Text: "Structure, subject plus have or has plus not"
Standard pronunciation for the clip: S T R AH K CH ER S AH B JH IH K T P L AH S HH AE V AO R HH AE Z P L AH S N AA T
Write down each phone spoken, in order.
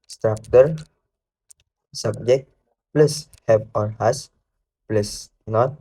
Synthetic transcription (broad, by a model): S T R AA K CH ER S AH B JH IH K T P L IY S HH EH P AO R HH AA S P L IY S N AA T